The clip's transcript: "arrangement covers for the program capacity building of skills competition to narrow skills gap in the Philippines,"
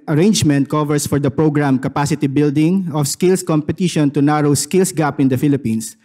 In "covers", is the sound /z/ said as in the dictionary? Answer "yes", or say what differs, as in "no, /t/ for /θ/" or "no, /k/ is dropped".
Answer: no, /s/ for /z/